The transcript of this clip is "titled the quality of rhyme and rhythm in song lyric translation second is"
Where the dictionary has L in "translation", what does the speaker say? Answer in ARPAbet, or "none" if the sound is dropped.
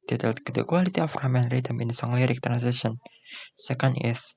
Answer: none